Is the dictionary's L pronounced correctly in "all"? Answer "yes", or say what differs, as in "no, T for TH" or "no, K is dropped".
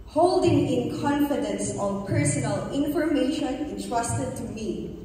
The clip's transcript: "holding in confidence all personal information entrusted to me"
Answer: no, N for L